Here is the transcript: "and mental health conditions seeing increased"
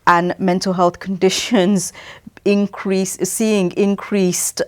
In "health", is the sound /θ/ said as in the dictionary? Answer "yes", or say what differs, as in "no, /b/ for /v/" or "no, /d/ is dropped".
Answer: yes